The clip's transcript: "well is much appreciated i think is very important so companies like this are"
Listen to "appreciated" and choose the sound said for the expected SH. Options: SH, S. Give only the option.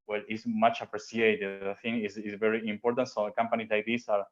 S